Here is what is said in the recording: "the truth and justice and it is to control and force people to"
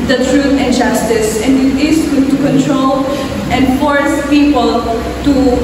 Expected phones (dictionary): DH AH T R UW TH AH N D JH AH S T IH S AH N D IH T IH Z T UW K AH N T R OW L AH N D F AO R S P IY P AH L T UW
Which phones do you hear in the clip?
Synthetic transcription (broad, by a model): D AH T R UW T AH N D JH AH S T IH S AH N D IH T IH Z T UW K AH N T R OW L AH N D F AO R S P IY P AH L T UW